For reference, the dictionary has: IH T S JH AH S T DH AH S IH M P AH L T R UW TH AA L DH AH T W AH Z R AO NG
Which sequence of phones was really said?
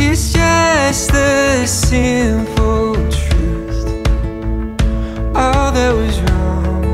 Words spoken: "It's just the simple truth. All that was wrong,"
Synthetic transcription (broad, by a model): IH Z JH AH S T DH AH S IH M F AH L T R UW T AA L DH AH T W AH Z R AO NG